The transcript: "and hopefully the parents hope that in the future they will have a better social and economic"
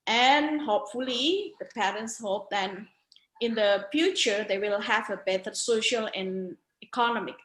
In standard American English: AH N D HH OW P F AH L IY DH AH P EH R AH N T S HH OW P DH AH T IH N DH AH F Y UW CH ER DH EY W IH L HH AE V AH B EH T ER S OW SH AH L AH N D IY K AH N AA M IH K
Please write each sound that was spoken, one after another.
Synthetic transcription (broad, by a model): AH N HH OW P F AH L IY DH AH P EH R AH N T S HH OW P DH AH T IH N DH AH F Y UW CH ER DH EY W IH L HH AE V AH B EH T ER S OW SH AH L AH N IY K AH N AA M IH K